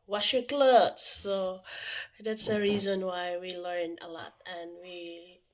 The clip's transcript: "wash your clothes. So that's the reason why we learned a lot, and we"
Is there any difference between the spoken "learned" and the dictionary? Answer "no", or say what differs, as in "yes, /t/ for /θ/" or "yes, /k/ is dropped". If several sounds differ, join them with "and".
yes, /d/ is dropped